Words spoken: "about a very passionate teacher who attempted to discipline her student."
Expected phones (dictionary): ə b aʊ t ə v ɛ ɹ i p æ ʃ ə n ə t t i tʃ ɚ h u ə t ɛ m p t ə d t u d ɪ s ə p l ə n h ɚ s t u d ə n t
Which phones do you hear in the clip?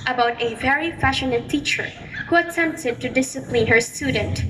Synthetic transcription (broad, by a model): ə b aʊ t ə v ɛ ɹ i f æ ʃ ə n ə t t i tʃ ɚ h u ə t ɛ m p t ə d t u d ɪ s ə p l ə n h ɚ s t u d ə n t